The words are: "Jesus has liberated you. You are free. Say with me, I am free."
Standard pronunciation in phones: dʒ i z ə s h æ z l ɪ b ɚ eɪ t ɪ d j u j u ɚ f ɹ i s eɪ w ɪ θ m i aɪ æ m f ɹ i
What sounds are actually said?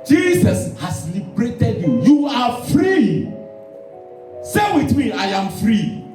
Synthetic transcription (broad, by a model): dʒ i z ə s h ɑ s l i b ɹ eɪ t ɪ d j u j u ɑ f ɹ i s eɪ w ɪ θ m i aɪ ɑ m f ɹ i